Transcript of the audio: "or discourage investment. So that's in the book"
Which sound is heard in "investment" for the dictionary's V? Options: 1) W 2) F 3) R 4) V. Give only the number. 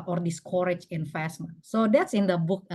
2